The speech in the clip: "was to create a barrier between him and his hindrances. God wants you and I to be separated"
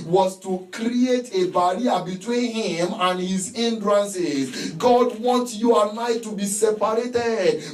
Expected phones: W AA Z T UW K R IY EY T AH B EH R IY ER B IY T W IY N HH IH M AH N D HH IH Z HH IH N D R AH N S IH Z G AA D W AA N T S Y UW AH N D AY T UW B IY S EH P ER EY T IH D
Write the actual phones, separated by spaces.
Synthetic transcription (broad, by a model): W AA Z T UW K R IY EY T AH B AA R IY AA B IY T W IY N HH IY M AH N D HH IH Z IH N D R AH N S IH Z G AA D W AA N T Y UW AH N AY T UW B IY S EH P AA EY T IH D